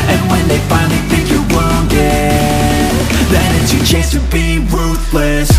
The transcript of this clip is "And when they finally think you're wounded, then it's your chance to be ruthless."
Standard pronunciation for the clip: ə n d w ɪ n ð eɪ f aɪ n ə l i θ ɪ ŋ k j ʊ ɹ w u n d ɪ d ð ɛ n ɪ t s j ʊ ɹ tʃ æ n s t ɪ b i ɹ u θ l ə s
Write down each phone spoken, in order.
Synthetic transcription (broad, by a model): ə n w ɪ n ð eɪ f aɪ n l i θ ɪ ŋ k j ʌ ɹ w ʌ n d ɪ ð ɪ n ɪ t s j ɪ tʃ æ s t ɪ b i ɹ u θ l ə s